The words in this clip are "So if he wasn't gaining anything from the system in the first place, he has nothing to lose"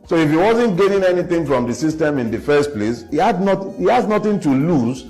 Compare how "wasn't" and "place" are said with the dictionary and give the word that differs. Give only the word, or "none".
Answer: none